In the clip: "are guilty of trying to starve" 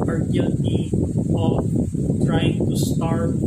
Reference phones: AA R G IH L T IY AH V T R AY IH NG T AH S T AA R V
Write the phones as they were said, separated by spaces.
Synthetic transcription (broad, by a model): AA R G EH T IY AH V T R AY IH NG T AH S T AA R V